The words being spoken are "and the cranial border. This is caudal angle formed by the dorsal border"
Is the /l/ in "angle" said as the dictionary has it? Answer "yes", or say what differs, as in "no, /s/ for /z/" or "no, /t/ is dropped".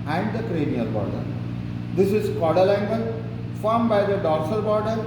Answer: no, /n/ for /l/